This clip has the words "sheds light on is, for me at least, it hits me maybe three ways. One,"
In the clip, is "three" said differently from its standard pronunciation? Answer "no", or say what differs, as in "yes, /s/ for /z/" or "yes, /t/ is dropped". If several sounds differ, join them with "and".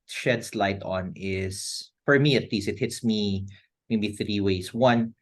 no